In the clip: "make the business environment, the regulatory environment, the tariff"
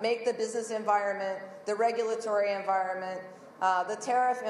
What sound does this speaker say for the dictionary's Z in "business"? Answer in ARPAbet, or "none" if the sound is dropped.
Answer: Z